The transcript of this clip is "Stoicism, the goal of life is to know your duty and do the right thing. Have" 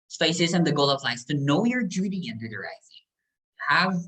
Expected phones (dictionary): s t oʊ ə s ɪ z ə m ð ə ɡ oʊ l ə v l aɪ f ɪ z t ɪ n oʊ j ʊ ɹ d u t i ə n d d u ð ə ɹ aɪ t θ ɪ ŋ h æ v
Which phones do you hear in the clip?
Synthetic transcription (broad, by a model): s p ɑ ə s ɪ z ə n ð ə ɡ oʊ l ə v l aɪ ɪ s t ɪ n oʊ j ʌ ɹ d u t i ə n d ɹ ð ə ɹ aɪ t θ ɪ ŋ h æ v